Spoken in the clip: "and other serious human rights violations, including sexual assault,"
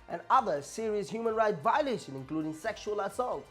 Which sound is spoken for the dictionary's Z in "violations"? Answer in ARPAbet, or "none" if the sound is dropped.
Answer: none